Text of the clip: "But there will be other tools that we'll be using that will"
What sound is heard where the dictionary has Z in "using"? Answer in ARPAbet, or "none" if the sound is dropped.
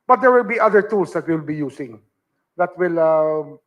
S